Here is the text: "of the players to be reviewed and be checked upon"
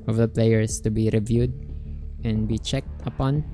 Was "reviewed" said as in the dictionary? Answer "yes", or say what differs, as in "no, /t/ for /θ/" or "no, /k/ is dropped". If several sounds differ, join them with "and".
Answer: yes